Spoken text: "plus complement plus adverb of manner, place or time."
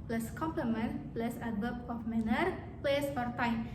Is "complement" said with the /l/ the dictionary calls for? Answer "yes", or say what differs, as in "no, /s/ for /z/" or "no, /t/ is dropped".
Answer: yes